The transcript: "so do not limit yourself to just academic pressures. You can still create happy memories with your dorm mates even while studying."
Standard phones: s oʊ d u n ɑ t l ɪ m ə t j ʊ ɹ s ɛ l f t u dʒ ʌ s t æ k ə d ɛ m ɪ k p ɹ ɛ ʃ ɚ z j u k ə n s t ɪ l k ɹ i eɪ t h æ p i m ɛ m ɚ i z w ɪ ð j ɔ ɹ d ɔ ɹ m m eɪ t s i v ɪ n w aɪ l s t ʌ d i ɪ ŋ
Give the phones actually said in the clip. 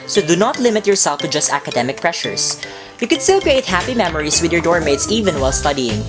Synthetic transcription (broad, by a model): s oʊ d u n ɑ t l ɪ m ə t j ʊ ɹ s ɛ l f t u dʒ ʌ s t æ k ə d ɛ m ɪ k p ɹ ɛ ʃ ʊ s j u k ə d s t ɪ l k ɹ i eɪ t h æ p i m ɛ m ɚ i s w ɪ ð j ɔ ɹ d ɔ ɹ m m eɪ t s i v ɪ n w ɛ l s t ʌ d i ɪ ŋ